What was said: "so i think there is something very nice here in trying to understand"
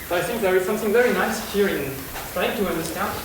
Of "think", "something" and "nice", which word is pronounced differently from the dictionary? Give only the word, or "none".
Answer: none